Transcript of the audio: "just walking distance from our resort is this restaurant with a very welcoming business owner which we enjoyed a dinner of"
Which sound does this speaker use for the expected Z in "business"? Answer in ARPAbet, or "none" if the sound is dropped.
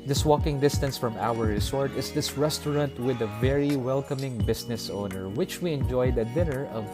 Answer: S